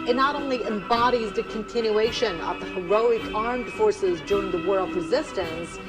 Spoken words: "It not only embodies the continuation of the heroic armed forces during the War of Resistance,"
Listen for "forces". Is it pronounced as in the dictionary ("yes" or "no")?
yes